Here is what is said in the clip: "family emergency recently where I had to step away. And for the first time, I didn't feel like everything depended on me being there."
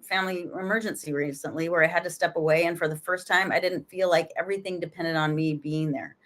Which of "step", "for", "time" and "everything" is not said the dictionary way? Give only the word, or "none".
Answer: none